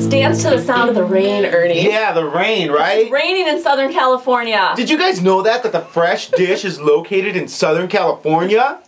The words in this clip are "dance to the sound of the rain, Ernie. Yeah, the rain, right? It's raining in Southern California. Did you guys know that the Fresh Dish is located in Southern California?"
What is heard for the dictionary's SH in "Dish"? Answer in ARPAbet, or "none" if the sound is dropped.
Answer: SH